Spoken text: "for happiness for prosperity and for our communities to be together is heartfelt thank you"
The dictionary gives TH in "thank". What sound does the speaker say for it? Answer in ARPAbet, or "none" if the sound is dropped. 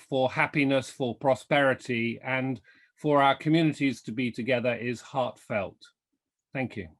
TH